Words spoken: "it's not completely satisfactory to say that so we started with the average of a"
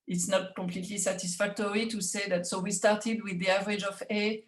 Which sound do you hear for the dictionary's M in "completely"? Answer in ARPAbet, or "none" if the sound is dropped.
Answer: none